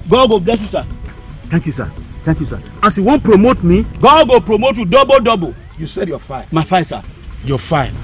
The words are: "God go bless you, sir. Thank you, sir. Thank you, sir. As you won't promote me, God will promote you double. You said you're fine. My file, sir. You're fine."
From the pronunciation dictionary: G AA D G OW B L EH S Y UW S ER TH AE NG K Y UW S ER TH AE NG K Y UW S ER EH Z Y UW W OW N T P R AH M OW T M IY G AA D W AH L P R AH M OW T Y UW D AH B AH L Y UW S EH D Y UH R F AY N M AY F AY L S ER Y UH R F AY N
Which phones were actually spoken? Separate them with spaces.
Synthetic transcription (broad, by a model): G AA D G OW B L EH S Y UW S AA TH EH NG K Y UW S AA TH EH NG K Y UW S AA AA S Y UW W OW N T P R AH M OW T M IY G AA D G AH P R AH M OW T Y UW D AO B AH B Y UW S EH D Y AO F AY M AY F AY S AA Y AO F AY